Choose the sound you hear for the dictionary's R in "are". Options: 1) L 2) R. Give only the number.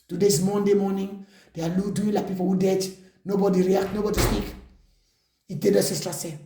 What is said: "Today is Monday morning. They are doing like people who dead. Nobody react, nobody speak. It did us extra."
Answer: 1